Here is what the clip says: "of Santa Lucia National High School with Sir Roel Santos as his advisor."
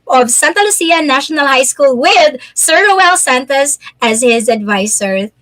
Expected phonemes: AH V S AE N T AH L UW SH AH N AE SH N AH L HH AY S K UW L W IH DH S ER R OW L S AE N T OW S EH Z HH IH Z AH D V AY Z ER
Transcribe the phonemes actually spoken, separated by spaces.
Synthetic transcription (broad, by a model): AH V S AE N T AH L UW S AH N AE SH N AH L HH AY S K UW L W IH DH S ER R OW L S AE N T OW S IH Z HH IH Z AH D V AY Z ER